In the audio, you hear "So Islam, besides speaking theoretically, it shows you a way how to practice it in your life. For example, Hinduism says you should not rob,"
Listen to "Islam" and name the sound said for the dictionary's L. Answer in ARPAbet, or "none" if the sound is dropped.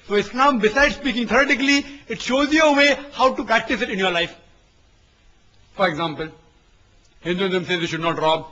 N